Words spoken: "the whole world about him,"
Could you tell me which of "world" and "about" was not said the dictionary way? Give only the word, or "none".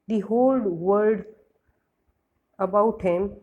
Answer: world